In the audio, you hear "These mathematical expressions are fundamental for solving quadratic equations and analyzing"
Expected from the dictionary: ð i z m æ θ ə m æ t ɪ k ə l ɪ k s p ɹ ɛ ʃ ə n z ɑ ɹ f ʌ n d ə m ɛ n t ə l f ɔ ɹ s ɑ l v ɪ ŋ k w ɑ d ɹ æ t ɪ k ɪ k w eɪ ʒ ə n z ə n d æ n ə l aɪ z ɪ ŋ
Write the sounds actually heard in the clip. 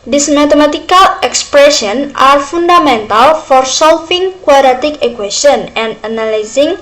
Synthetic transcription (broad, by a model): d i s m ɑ t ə m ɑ t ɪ k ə l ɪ k s p ɹ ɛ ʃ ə n ɑ ɹ f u n d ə m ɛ n t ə l f ɔ ɹ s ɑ l f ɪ ŋ k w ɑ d ɹ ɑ t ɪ k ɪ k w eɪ s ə n ə n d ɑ n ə l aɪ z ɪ ŋ